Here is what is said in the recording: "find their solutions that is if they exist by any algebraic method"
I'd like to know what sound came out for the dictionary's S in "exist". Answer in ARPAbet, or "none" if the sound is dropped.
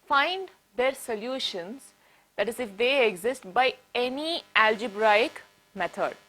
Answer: S